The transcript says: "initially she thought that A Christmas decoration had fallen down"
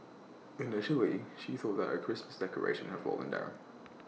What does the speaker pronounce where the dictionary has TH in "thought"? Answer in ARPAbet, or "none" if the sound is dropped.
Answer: TH